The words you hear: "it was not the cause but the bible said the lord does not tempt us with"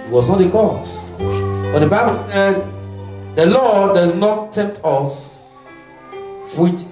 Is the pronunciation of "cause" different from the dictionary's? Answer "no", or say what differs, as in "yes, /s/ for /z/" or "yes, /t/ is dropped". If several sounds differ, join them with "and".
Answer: yes, /s/ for /z/